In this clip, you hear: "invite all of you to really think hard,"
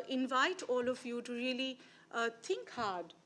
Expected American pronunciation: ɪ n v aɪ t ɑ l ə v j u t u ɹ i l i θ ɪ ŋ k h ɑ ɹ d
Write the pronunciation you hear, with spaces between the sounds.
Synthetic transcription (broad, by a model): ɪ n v aɪ t ɑ l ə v j u t u ɹ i l i t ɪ ŋ k h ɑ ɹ d